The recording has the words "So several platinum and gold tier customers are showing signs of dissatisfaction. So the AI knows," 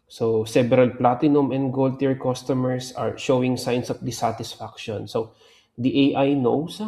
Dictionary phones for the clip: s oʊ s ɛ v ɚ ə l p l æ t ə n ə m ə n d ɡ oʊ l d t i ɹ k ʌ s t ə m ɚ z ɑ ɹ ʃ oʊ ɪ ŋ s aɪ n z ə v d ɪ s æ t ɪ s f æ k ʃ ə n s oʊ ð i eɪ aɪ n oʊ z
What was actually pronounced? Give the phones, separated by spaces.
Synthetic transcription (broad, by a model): s oʊ s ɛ b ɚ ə l p l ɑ t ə n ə m ə n d ɡ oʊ l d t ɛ ɹ k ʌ s t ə m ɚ s ɑ ɹ ʃ oʊ ɪ ŋ s aɪ n s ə f d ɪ s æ t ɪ s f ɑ k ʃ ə n s oʊ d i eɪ aɪ n oʊ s